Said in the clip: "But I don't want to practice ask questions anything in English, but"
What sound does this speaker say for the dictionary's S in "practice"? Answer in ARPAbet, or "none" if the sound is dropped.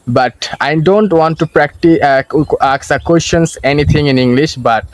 none